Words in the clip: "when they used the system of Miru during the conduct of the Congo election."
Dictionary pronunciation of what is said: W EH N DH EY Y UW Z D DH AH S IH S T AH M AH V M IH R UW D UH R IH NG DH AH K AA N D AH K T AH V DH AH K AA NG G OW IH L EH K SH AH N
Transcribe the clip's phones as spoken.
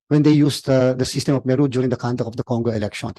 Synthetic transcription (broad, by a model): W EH N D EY Y UW S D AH S IH S T AH M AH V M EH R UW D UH R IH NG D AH K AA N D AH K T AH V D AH K AA NG G OW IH L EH K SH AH N